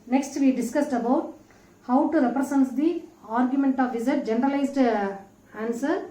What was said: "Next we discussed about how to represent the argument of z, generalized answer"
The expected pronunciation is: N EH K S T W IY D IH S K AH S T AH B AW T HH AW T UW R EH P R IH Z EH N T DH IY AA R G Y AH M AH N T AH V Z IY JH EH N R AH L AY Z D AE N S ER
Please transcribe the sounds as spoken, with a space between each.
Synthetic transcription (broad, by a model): N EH K S T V IY D IH S K AH S T AH B AW T HH AW T UW R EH P R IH S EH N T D IY AA R G Y AH M AH N T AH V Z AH JH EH N R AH L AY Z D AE N S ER